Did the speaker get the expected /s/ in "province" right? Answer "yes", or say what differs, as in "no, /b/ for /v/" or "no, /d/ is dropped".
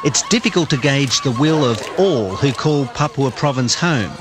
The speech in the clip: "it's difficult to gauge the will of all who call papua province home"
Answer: yes